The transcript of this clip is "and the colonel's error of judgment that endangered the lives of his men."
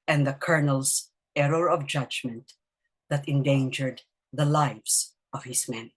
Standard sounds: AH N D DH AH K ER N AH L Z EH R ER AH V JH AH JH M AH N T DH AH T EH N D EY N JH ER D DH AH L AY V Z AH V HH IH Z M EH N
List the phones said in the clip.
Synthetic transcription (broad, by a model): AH N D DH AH K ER N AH L S EH R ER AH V JH AH JH M AH N T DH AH T EH N D EY N JH ER D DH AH L AY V S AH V HH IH S M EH N